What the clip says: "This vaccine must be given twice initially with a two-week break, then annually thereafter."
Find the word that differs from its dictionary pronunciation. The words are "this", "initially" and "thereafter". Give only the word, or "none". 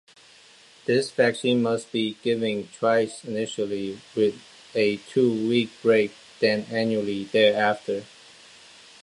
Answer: none